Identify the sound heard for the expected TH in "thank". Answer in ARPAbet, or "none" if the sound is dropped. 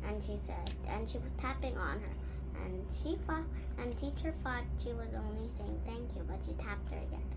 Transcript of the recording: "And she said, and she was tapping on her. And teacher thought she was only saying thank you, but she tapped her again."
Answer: TH